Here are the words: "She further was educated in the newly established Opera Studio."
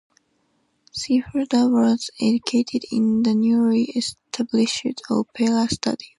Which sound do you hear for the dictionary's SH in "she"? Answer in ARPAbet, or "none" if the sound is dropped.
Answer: S